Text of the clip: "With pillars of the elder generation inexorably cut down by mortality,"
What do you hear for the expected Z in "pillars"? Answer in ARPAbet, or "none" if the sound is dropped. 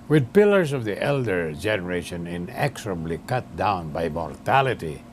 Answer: S